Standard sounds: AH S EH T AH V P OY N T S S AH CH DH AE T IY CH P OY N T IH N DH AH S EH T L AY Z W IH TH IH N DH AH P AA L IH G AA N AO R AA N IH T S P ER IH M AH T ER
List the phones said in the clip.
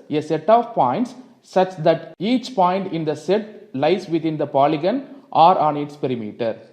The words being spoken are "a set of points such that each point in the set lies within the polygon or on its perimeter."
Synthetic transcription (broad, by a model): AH S EH T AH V P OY N T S S AH CH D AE T IY CH P OY N T IH N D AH S EH T L AY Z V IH T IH N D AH P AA L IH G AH N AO R AA N IH T S P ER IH M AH T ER